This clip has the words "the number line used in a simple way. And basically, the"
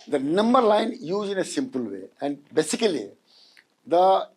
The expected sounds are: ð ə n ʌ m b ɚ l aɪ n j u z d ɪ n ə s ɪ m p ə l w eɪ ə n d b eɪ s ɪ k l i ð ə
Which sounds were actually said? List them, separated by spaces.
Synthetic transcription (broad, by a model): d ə n ʌ m b ɚ l aɪ n j u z ɪ n ə s ɪ m p ə l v eɪ ə n d b eɪ s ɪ k l i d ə